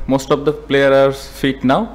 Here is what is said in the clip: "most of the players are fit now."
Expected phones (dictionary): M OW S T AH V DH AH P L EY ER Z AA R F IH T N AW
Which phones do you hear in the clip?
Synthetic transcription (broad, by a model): M OW S T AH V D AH P L EY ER AA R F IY T N AW